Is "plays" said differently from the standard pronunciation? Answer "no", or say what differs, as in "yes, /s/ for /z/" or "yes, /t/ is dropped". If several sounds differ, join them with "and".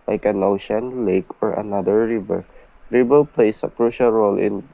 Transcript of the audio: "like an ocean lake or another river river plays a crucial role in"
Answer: yes, /s/ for /z/